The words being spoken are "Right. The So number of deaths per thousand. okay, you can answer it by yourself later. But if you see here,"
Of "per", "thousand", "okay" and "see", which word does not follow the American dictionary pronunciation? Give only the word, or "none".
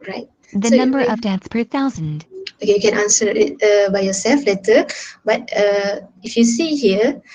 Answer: none